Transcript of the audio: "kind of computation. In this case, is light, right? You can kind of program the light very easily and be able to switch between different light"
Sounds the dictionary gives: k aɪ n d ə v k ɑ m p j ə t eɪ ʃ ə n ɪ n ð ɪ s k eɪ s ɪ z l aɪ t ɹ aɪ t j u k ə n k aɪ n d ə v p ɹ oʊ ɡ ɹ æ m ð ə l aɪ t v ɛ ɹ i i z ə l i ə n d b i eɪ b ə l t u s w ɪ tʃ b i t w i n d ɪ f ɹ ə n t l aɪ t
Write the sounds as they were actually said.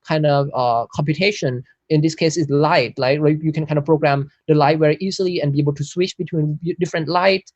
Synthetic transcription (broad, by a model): k aɪ n d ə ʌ k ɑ m p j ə t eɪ ʃ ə n ɪ n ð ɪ s k eɪ s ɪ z l aɪ t l aɪ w j u k ə n k aɪ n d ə p ɹ oʊ ɡ ɹ æ m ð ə l aɪ t w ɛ ɹ i i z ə l i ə n b i eɪ b ə l t u s w ɪ tʃ b i t w i n d ɪ f ɹ ə n t l aɪ t